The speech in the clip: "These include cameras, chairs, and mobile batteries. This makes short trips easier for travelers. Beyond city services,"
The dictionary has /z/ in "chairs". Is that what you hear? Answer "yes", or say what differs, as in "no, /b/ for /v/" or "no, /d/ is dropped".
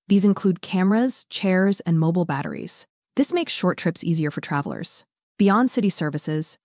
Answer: yes